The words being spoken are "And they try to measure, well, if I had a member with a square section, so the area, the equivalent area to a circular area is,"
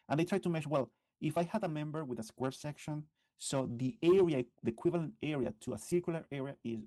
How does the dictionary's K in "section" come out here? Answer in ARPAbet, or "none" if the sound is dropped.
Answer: K